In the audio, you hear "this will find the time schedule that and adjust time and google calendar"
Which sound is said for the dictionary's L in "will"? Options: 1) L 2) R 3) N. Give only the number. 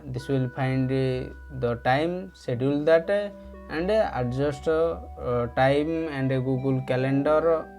1